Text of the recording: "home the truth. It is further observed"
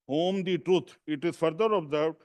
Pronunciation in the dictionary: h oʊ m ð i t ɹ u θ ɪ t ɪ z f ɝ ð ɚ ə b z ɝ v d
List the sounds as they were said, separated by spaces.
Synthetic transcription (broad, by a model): h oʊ m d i t ɹ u t ɪ t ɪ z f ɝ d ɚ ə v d